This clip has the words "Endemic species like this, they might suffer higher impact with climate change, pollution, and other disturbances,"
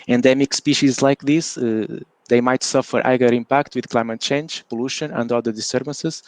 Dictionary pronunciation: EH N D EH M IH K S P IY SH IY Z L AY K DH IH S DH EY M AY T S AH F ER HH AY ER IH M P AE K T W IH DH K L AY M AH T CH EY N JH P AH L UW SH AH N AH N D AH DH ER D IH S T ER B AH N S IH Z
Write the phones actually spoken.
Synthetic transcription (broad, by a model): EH N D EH M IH K S P IY SH IY Z L AY K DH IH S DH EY M AY T S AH F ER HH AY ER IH M P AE K T W IH DH K L AY M AH T CH EY N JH P AH L UW SH AH N AH N D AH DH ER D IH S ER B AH N S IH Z